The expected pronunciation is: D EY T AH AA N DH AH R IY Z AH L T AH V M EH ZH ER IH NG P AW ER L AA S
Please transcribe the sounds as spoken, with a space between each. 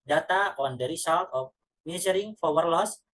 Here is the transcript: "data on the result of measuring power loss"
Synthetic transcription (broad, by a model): D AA T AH AA N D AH R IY S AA L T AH F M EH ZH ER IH NG F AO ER L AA S